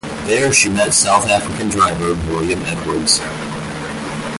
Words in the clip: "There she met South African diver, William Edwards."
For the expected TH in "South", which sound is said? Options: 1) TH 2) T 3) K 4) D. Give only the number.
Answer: 1